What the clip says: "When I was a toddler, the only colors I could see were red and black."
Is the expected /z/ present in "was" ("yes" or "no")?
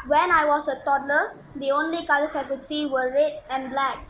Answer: no